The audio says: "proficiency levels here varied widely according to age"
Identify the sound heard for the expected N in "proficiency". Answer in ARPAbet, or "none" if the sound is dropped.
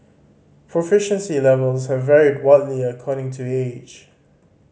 N